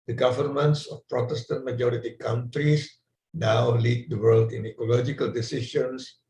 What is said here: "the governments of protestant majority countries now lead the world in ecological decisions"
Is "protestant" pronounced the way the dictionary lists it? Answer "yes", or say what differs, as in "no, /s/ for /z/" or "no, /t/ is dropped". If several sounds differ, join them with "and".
yes